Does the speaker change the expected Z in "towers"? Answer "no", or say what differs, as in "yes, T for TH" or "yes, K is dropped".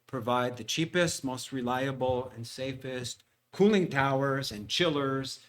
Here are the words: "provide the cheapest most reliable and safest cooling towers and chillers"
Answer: no